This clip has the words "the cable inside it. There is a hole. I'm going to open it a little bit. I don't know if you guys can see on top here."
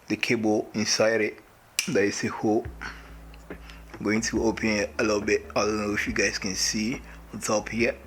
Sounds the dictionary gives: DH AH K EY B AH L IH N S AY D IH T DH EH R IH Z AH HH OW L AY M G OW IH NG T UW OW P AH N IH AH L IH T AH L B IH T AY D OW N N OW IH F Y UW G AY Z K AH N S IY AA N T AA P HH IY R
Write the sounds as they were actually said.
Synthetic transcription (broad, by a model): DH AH K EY B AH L IH N S AY D IH T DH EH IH S AH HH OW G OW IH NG T UW OW P AH N IH AH L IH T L B IH T AY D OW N N OW IH F Y UW G AY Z K AH N S IY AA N T AA P HH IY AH